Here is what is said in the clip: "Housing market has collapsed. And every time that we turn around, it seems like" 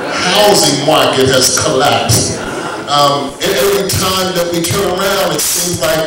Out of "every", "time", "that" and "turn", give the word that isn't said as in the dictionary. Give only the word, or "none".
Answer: every